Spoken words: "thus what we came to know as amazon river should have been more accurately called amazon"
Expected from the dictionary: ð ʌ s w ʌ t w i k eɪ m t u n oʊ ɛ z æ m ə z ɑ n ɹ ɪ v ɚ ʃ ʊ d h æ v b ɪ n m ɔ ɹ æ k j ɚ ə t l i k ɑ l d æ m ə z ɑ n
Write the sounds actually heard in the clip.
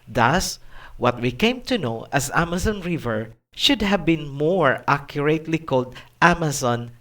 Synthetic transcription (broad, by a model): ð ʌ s w ʌ t w i k eɪ m t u n oʊ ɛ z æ m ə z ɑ n ɹ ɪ v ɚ ʃ ʊ d h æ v b ɪ n m ɔ ɹ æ k j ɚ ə t l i k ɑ l d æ m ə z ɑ n